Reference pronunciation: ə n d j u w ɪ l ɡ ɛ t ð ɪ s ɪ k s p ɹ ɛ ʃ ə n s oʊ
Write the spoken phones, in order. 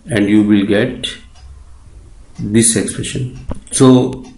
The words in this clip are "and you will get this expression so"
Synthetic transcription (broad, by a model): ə n d j u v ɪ l ɡ ɛ t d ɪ s ɪ k s p ɹ ɛ ʃ ə n s oʊ